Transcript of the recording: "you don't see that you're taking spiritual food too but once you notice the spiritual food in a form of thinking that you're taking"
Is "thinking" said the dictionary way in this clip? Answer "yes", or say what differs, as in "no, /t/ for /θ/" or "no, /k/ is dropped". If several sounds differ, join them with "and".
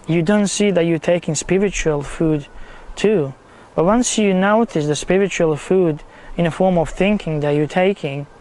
yes